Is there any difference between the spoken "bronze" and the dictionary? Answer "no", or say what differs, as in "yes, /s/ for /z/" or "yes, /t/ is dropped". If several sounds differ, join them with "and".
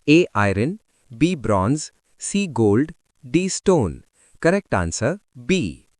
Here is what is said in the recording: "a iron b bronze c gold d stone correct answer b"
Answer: no